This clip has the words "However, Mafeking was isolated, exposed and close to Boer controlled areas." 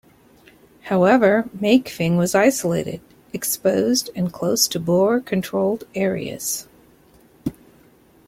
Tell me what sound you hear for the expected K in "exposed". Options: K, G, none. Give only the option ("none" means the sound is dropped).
K